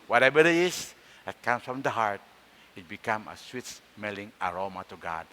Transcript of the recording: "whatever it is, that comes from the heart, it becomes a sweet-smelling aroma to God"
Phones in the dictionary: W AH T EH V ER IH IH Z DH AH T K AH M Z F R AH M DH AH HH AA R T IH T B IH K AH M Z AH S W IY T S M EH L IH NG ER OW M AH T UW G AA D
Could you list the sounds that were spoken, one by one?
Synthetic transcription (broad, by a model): W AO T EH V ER IH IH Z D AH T K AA M S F R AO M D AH HH AA R T IH T B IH K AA M AH S W IY T S M EH L IH NG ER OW M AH T UW G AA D